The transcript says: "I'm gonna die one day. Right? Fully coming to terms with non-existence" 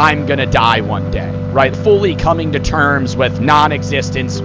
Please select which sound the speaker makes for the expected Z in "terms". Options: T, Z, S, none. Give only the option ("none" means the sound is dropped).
Z